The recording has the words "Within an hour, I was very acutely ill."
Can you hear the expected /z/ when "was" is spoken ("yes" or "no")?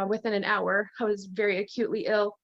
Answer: yes